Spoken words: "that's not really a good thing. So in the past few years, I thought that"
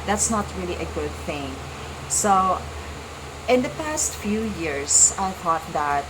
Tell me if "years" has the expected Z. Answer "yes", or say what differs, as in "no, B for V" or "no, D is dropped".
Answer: no, S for Z